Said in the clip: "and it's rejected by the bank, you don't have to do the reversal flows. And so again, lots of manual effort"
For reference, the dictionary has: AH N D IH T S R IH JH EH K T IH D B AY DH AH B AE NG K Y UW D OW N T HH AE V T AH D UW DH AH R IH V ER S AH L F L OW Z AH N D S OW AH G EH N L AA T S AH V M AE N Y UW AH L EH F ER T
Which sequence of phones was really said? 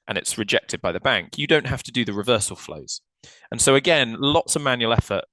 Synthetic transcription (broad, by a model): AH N IH T S R IH JH EH K T IH D B AY DH AH B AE NG K Y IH D OW N T HH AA F T AH D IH DH AH R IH V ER S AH L F L OW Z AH N S OW AH G EH N L AA T S AH V M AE N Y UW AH L EH F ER T